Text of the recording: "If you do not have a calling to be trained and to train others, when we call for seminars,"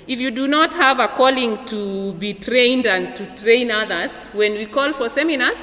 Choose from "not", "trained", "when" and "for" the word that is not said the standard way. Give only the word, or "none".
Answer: none